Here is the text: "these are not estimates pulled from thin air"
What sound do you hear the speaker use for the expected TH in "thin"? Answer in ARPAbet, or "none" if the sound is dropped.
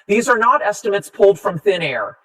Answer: TH